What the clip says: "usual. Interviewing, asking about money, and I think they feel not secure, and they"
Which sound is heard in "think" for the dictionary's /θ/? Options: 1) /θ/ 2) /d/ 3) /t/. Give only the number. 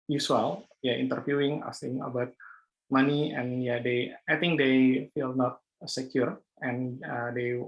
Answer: 3